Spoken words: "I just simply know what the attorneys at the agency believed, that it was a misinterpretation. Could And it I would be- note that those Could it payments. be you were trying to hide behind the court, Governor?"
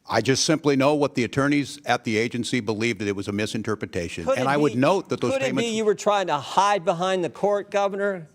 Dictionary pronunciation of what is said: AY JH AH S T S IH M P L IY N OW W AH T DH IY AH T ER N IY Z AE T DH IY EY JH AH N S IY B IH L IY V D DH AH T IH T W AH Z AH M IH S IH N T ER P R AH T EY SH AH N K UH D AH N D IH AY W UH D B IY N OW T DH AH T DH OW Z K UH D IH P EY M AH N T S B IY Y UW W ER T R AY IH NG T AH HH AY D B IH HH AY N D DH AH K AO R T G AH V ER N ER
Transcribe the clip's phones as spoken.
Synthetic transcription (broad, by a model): AY JH AH S T S IH M P L IY N OW W AH T DH IY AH T ER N IY Z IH T DH IY EY JH AH N S IY B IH L IY V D DH AH T IH T W AH Z AH M IH S IH N T ER P R AH T EY SH AH N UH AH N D IH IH W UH D N OW T DH AH T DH OW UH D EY AH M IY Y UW W ER T R AY IH NG T AH HH AY D B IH HH AY N DH AH K AO R T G AH V ER N ER